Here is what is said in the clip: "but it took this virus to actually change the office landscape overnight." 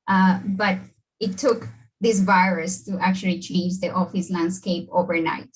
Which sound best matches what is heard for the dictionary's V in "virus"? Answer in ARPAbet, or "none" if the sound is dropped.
V